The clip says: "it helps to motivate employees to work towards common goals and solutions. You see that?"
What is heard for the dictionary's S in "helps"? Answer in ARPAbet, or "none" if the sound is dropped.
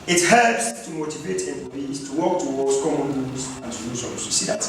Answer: S